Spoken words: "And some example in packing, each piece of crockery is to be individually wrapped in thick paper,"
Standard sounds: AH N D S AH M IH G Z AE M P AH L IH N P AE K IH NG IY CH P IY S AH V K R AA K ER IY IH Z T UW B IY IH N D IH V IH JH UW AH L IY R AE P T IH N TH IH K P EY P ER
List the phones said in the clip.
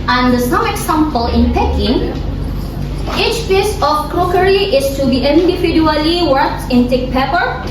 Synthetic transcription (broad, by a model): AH N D S AH M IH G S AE M P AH L IH N P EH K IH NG IY CH P IY S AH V K R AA K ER IY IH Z T UW B IY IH N D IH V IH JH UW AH L IY W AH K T IH N T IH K P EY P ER